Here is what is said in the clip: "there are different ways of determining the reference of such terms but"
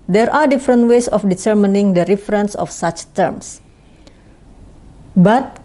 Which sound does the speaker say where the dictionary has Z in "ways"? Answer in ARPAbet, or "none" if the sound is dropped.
S